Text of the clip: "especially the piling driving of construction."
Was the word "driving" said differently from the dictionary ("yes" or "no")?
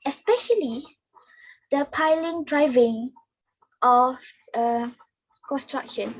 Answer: no